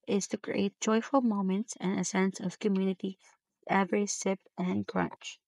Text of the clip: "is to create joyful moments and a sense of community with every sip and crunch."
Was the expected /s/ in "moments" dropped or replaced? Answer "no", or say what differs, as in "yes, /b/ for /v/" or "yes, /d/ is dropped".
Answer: no